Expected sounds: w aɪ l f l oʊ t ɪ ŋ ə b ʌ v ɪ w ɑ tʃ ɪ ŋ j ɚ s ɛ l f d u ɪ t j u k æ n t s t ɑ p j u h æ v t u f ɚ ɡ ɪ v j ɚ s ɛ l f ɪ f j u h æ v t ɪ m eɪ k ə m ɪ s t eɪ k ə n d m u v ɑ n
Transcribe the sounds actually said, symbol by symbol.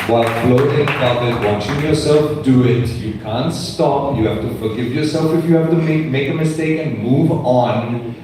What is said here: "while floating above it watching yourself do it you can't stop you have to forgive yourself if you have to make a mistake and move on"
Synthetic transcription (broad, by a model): w aɪ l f l oʊ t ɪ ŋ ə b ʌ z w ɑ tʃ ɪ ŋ j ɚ s ɛ l f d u ɪ t j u k æ n t s t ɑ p j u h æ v t u f ɚ ɡ ɪ v j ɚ s ɛ l f ɪ f j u h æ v t ɪ m eɪ k ə m ɪ s t eɪ k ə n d m u v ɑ n